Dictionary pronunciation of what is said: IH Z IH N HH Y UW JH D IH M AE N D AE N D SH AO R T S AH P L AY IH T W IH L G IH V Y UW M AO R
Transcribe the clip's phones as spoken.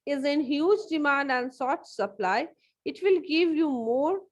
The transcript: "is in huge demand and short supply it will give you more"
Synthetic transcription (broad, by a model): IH Z IH N HH Y UW JH D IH M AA N D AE N D S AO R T S AH P L AY IH T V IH L G IH V Y UW M AO R